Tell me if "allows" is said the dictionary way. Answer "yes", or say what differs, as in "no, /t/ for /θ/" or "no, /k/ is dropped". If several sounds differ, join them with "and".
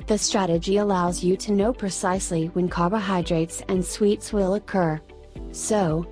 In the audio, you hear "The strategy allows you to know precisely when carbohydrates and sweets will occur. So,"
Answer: yes